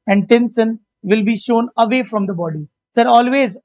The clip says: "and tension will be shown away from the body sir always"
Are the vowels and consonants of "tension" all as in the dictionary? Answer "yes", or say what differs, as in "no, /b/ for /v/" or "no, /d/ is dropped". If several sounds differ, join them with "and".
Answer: no, /s/ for /ʃ/